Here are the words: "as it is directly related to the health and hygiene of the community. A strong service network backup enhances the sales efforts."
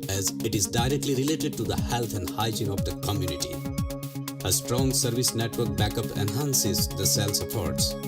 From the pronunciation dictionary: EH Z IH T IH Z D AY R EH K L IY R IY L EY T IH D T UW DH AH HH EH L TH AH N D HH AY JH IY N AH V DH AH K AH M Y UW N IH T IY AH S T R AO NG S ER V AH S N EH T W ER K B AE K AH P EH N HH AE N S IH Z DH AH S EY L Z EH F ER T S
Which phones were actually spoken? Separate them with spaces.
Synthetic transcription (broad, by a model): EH Z IH T IH Z D AY R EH K L IY R IY L EY T IH D T UW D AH HH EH L T AH N D HH AY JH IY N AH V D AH K AH M Y UW N IH T IY AH S T R AO NG S ER V AH S N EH T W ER K B AE K AH P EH N HH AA N S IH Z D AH S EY L S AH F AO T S